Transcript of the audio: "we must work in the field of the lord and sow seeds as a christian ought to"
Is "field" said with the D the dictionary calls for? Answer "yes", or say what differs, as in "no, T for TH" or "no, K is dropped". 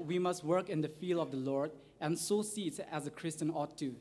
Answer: no, D is dropped